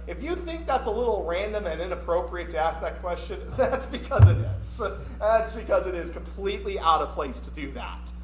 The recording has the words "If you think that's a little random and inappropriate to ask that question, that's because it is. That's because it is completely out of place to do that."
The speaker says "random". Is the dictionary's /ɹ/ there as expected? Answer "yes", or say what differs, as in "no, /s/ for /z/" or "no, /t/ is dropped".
yes